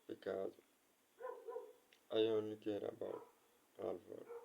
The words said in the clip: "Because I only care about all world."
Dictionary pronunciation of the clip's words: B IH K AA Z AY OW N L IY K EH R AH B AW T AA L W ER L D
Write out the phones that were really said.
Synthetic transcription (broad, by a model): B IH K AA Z AY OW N IY K EH R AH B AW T AA L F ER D